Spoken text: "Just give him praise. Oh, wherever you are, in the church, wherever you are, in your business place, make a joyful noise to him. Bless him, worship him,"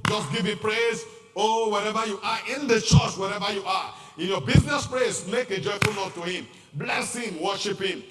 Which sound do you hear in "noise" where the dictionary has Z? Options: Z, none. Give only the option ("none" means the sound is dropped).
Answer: none